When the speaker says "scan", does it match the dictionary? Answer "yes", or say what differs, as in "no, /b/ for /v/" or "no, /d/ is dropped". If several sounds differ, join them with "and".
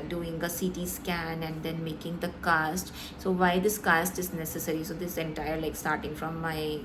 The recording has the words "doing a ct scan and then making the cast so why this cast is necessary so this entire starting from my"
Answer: yes